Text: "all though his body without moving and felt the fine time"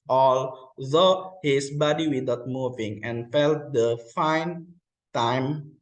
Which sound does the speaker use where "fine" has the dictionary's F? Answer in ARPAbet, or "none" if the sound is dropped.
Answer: F